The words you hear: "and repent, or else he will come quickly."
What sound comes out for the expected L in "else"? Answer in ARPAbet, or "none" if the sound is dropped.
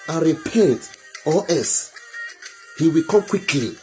none